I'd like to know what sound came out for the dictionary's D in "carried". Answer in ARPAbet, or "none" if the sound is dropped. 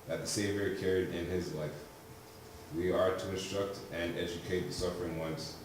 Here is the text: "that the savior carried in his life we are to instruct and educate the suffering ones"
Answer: D